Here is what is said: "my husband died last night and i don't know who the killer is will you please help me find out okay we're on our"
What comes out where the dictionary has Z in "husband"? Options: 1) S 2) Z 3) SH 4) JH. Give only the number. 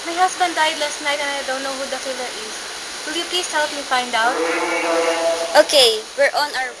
1